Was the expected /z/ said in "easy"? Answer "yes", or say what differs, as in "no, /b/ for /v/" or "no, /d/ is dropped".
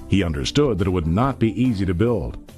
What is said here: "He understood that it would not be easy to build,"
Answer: yes